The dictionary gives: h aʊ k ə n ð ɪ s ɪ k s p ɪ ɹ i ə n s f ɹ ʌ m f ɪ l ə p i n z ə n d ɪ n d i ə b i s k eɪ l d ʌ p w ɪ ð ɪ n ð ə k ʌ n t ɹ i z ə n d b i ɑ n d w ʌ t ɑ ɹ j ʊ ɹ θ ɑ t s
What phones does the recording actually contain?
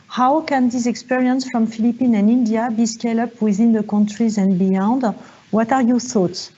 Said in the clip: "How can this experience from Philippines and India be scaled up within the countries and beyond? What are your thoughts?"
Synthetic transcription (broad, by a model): h aʊ k ə n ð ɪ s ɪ k s p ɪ ɹ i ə n s f ɹ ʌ m f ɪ l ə p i n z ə n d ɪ n d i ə b i s k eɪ l ʌ p w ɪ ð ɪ n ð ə k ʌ n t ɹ i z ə n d b i ɑ n d w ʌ t ɑ ɹ j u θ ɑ t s